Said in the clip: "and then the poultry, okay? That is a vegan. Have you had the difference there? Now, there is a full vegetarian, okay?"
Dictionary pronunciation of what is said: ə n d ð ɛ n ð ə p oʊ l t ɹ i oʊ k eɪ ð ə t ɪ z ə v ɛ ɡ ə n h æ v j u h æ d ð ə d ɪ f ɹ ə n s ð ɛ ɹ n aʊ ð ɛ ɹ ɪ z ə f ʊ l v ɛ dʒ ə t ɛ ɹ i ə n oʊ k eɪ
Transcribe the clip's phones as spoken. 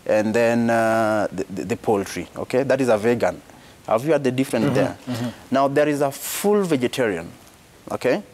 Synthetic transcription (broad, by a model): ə n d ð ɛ n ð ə p oʊ l t ɹ i oʊ k eɪ ð ə t ɪ z ə v ɛ ɡ ə n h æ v j u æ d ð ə d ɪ f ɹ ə n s ð ɛ ɹ n aʊ ð ɛ ɹ ɪ z ə f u l v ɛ dʒ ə t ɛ ɹ i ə n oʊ k eɪ